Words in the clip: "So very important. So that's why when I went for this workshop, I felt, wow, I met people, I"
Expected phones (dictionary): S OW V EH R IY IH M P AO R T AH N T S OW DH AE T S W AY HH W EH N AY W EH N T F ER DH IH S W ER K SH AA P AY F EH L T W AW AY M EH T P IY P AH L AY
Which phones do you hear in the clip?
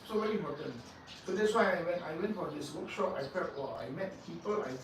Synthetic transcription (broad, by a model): S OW V EH R IY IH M P AO T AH N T S OW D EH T S W AY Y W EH N AY W EH N T F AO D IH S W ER K SH AA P AY P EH T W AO AY M EH T P IY P AH L AY